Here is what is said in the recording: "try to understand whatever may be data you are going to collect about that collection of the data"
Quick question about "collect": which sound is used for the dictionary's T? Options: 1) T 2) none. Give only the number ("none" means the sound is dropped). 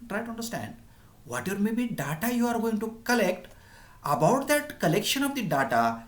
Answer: 1